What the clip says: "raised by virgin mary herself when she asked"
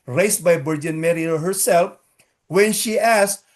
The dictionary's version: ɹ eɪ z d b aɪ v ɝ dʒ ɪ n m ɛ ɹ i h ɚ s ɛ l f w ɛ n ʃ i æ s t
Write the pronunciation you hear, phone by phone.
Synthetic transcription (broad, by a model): ɹ eɪ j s b aɪ b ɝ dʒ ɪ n m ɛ ɹ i h ɚ s ɛ l f w ɛ n ʃ i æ s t